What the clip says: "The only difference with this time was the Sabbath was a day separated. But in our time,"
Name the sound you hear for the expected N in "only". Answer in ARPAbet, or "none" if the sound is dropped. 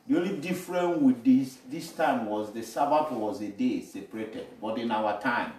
none